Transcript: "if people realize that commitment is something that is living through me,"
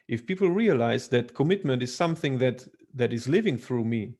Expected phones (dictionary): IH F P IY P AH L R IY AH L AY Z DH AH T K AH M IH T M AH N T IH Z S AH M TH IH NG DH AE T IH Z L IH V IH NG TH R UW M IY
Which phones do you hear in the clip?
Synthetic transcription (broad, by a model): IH F P IY P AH L R IY AH L AY Z DH AH T K AH M IH T M AH N T IH Z S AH M TH IH NG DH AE T IH Z L IH V IH NG TH R UW M IY